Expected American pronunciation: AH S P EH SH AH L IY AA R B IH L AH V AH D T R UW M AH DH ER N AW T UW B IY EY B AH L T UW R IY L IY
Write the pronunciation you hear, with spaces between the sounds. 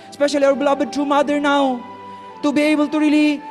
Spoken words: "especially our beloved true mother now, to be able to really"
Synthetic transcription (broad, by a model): S P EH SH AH L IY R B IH L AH B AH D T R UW M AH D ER N AW T UW B IY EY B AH L T UW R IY L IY